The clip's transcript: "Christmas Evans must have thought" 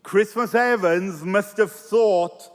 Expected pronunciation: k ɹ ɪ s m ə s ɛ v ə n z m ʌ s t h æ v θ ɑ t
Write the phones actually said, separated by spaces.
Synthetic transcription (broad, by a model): k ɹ ɪ s m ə s ɛ v ə n z m ʌ s t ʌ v θ ɑ t